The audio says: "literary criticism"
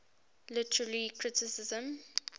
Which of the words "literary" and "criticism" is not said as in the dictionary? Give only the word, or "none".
literary